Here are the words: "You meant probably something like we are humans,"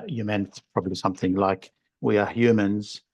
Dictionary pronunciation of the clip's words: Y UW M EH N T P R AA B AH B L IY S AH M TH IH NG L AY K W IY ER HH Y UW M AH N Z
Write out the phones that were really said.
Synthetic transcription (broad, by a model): Y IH M EH N T P R AA B AH B L IY S AH M TH IH NG L AY K W IY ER HH Y UW M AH N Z